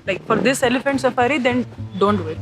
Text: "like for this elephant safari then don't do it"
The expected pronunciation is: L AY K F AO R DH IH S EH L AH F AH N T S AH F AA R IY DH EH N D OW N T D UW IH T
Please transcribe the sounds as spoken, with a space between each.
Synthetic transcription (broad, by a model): L AY K F AO R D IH S EH L AH F AH N T S AH F AA R IY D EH N D OW N T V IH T